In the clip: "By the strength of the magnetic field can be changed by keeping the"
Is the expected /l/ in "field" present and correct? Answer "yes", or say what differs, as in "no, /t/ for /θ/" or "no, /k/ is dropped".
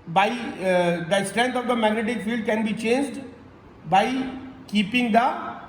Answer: yes